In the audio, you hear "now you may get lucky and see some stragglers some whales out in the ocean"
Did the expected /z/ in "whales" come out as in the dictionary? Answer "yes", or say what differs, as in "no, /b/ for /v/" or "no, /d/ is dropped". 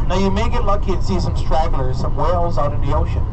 yes